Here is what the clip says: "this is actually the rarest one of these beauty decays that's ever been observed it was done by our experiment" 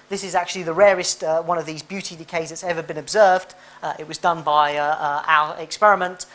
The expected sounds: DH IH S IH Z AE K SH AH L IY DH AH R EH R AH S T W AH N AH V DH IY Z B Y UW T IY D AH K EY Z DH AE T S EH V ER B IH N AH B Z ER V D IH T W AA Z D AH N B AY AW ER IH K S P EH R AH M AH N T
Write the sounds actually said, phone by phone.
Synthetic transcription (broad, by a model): DH IH S IH Z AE K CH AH L IY DH AH R EH R AH S T W AH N AH V DH IY Z B Y UW T IY D AH K EY Z DH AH T S EH V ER B IH N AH B Z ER V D IH T W AA Z D AH N B AY AW ER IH K S P EH R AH M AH N T